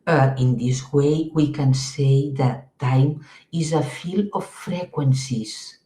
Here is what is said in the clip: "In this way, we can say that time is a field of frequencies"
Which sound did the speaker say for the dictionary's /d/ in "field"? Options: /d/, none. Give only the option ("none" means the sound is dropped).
none